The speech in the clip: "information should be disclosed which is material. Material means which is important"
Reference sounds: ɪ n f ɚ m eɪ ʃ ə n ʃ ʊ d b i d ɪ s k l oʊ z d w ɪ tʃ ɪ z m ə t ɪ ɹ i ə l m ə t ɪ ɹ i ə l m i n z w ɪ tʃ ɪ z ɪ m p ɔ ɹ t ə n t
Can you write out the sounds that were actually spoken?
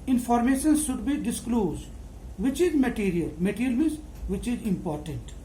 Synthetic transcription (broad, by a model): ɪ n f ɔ m eɪ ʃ ə n ʃ ʊ d b i d ɪ s k l oʊ z d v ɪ tʃ ɪ z m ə t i ɹ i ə l m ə t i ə l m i z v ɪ tʃ ɪ z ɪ m p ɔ ɹ t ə n t